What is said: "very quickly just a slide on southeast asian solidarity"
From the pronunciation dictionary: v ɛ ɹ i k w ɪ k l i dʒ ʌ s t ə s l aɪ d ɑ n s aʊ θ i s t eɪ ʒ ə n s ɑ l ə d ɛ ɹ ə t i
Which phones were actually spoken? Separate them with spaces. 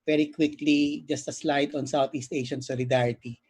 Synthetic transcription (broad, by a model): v ɛ ɹ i k w ɪ k l i dʒ ʌ s t ə s l aɪ d ɑ n s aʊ t i s t eɪ ʃ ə n s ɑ l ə d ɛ ɹ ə t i